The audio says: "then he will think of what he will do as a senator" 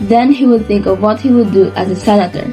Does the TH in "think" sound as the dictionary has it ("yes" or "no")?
yes